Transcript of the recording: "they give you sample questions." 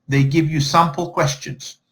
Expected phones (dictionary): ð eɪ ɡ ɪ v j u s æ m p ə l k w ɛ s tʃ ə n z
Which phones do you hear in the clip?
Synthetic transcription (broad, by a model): ð eɪ ɡ ɪ v j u s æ m p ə l k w ɛ s tʃ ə n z